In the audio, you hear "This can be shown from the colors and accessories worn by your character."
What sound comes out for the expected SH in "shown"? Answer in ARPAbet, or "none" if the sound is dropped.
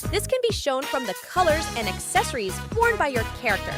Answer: SH